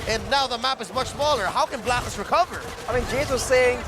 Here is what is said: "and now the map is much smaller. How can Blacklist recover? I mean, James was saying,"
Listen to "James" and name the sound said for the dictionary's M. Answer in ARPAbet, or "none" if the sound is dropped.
none